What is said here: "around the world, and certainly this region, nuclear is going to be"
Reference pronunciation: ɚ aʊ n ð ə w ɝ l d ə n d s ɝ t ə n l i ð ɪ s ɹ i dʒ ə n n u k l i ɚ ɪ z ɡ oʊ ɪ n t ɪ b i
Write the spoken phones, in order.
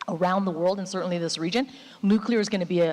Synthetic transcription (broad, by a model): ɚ aʊ n ð ə w ɝ l d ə n s ɝ t n l i ð ɪ s ɹ i dʒ ə n n u k l i ɚ ɪ z ɡ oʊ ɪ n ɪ b i